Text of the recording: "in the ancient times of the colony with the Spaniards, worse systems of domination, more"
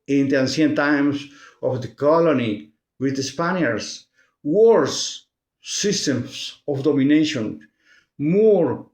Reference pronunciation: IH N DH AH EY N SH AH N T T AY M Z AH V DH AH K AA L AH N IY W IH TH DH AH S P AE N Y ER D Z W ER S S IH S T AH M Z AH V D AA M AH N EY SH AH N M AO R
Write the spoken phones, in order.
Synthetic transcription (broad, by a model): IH N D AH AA N S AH N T T AY M S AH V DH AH K AA L AH N IY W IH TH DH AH S P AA N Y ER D S W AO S S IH S T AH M S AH F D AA M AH N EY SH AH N M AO R